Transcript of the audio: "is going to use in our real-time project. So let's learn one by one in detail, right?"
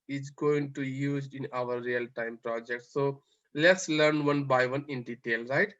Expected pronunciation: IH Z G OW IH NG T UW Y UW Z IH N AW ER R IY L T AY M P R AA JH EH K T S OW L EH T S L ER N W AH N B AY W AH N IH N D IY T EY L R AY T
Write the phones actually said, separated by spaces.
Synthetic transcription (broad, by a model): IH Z G OW IH NG T UW Y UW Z IH N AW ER R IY L T AY M P R AA JH EH K T S OW L EH T S L ER N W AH N B AY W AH N IH N D IY T EY L R AY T